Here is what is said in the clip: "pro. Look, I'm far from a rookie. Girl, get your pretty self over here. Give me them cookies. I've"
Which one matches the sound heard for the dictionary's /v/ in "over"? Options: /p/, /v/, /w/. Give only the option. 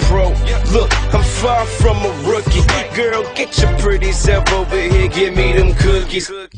/w/